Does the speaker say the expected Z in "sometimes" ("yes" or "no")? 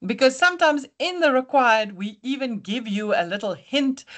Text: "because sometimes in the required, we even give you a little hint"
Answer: yes